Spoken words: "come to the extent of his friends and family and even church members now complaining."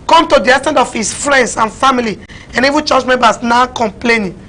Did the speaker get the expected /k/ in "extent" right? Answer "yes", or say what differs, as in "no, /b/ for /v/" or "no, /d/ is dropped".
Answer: no, /k/ is dropped